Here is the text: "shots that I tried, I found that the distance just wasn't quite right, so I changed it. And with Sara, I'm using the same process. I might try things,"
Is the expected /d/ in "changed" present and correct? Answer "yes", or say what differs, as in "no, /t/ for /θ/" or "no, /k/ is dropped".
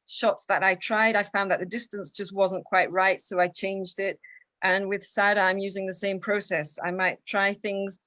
yes